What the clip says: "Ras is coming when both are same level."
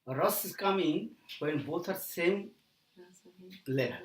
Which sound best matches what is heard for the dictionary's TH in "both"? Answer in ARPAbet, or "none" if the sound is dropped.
T